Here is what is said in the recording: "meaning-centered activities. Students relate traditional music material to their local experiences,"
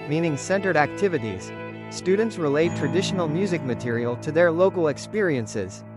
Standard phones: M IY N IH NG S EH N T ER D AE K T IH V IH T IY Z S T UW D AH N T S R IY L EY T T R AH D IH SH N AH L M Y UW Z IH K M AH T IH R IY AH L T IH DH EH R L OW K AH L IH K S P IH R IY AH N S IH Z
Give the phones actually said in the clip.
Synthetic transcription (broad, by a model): M IY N IH NG S EH N T ER D AE K T IH V IH T IY Z S T UW D N T S R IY L EY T T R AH D IH SH N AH L M Y UW Z IH K M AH T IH R IY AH L T IH DH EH R L OW K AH L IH K S P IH R IY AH N S IH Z